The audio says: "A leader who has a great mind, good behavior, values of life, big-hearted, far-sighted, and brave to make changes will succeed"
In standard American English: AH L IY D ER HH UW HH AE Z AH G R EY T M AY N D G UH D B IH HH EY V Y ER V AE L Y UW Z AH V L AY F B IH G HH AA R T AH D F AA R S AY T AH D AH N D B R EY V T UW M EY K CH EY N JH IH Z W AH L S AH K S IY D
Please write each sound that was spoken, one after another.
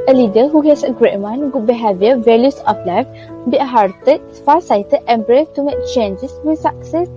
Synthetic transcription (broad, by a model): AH L IY D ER HH UW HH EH S AH G R EY T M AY N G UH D B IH HH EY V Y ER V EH L Y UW S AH P L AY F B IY HH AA R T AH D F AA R S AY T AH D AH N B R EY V T UW M EY K CH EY N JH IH S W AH S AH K S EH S